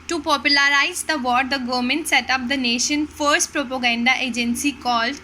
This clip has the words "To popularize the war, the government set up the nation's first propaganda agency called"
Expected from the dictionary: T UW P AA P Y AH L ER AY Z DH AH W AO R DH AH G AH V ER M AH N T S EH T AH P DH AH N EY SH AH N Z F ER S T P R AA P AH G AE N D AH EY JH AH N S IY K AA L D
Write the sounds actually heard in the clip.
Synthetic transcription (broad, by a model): T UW P AA P Y AH L ER AY Z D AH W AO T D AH G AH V M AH N T S EH T AH P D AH N EY SH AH N F ER S T P R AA P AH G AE N D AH EY JH AH N S IY K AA L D